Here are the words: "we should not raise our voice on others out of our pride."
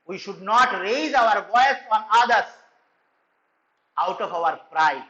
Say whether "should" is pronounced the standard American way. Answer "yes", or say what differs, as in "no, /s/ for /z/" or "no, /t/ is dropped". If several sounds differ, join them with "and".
yes